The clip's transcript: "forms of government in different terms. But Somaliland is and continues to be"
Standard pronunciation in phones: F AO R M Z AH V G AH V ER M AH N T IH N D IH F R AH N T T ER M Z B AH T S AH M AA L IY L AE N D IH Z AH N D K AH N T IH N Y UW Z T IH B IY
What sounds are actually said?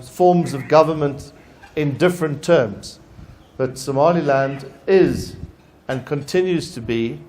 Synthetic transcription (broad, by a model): F AO R M Z AH V G AH V ER M AH N T IH N D IH F R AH N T T ER M Z B AH T S AH M AA L IY L AE N D IH Z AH N K AH N T IH N Y UW Z T IH B IY